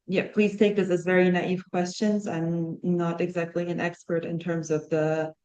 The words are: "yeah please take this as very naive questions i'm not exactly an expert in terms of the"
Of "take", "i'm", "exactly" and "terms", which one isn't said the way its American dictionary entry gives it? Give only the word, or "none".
none